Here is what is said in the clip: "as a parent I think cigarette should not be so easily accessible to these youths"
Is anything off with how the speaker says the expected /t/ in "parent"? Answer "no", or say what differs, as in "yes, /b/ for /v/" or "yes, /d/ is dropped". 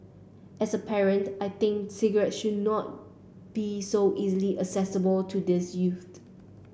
no